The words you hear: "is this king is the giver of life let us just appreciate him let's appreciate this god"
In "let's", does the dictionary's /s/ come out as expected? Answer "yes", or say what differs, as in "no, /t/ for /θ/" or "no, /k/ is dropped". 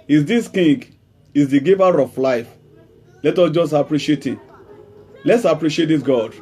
yes